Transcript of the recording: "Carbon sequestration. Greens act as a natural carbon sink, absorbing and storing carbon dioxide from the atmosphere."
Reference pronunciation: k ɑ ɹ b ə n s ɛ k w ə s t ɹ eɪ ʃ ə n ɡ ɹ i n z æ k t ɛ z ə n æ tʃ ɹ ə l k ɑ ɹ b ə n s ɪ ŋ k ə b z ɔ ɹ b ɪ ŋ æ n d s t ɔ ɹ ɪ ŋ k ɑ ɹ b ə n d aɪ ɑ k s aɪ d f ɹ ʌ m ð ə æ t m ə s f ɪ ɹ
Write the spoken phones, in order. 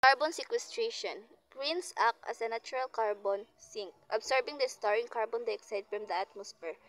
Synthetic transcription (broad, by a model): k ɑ ɹ b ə n s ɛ k w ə s t ɹ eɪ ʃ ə n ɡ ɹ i n s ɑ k ʌ s ə n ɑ tʃ ɹ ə l k ɑ ɹ b ə n s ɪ ŋ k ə b s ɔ ɹ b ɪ ŋ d s t ɔ ɹ ɪ ŋ k ɑ ɹ b ə n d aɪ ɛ k s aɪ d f ɹ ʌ m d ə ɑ t m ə s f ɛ ɹ